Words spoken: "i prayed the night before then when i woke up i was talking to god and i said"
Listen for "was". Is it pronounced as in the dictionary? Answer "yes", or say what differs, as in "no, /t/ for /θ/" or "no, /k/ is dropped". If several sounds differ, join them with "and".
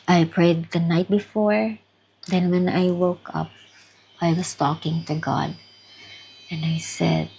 no, /s/ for /z/